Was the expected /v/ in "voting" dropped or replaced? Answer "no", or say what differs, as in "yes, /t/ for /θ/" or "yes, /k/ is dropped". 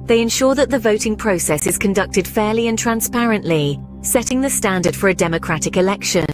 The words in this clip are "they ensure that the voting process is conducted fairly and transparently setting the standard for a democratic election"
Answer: no